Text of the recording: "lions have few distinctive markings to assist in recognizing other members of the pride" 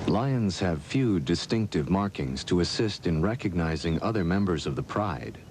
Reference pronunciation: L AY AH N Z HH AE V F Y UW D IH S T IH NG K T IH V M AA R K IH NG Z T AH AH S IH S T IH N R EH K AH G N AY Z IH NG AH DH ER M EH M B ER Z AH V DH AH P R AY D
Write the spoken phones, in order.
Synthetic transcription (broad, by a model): L AY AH N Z HH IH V F Y UW D IH S T IH NG K T IH V M AA R K IH NG Z T AH AH S IH S T IH N R EH K AH G N AY Z IH NG AH DH ER M EH M B ER Z AH V DH AH P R AY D